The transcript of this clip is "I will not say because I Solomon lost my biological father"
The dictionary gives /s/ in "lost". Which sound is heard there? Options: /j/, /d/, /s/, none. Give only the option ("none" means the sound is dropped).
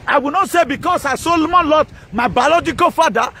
none